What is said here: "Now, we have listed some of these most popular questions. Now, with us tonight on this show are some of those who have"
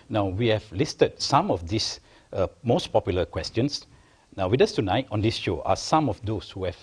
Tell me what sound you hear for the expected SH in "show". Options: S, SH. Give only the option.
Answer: SH